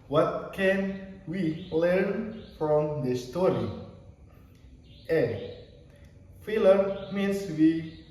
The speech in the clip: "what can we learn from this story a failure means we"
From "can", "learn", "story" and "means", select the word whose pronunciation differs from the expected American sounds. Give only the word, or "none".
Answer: means